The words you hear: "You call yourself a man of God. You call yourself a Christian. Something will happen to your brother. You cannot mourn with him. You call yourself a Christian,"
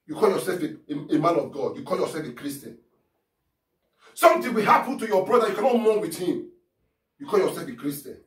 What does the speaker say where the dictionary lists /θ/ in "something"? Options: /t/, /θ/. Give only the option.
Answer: /t/